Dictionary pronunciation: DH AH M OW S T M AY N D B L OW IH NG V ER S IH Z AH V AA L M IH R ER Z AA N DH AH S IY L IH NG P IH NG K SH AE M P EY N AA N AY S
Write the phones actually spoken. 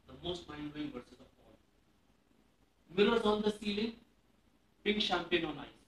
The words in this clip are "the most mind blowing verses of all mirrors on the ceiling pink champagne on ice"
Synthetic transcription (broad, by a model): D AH M OW S T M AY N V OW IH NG V ER S IH Z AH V AA L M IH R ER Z AA N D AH S IY L IH NG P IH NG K SH AE M P EY N AA N AY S